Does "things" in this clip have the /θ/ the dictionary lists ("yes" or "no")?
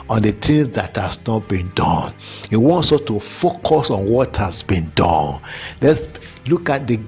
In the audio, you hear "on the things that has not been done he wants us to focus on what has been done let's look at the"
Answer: no